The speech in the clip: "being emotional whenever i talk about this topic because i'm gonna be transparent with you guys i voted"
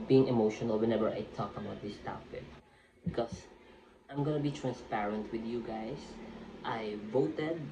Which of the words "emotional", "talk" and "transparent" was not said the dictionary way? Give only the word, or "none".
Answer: none